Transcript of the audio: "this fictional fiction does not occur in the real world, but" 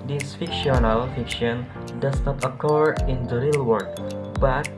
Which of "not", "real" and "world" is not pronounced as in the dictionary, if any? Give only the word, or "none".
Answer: world